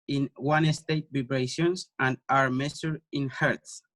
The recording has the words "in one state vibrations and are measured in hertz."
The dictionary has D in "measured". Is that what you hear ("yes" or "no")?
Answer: no